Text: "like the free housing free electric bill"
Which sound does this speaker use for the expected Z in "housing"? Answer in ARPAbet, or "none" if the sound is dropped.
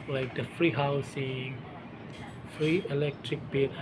S